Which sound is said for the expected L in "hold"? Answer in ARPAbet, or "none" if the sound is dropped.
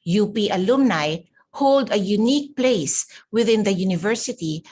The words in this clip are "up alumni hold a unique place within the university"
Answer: L